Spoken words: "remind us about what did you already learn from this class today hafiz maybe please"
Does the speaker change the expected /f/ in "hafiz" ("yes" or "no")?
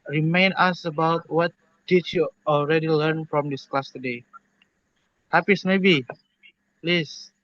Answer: yes